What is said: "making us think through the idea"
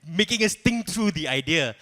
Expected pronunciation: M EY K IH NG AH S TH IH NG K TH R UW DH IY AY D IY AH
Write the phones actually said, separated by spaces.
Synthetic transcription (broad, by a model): M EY K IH NG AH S T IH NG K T R UW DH IY AY D IY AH